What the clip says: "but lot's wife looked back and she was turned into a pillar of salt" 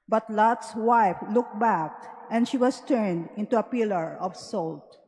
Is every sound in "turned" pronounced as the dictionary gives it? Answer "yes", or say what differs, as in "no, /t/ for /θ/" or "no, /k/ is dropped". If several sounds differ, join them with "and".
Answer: yes